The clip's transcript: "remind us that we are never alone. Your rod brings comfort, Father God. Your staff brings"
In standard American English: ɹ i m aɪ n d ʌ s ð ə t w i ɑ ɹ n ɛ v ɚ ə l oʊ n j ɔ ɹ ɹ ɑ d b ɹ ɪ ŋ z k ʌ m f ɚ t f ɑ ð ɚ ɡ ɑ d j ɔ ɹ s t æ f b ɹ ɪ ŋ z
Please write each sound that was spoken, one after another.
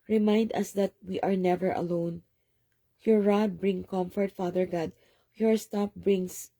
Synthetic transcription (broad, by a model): ɹ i m aɪ n d ʌ s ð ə t w i ɑ ɹ n ɛ v ɚ ə l oʊ n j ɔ ɹ ɹ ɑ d b ɹ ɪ ŋ k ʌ m f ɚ t f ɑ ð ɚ ɡ ɑ d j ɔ ɹ s t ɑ p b ɹ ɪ ŋ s